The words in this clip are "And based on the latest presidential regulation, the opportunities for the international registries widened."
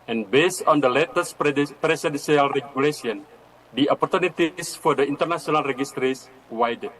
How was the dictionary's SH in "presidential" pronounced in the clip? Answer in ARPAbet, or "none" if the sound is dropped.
S